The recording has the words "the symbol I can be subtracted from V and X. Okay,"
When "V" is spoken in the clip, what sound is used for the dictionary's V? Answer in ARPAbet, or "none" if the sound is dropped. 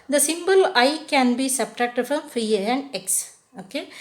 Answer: F